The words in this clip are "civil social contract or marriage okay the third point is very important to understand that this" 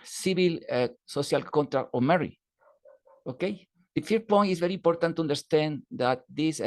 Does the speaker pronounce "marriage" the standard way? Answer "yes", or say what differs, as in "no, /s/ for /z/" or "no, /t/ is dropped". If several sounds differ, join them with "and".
no, /dʒ/ is dropped